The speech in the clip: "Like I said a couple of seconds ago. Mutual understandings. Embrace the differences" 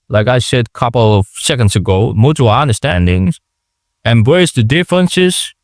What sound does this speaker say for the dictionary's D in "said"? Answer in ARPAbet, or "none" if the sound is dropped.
D